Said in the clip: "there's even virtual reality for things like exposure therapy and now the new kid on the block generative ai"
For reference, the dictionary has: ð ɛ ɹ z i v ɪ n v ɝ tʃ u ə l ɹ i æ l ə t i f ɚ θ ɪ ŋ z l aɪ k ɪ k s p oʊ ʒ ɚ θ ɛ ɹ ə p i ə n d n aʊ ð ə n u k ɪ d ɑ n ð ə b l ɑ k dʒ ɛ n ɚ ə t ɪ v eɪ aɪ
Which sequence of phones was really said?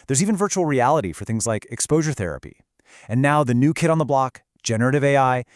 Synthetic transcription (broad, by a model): ð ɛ ɹ z i v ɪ n v ɝ tʃ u l ɹ i æ l ə t i f ɚ θ ɪ ŋ z l aɪ k ɪ k s p oʊ ʒ ɚ θ ɛ ɹ ə p i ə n n aʊ ð ə n u k ɪ d n ð ə b l ɑ k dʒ ɛ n ɚ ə t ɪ v eɪ aɪ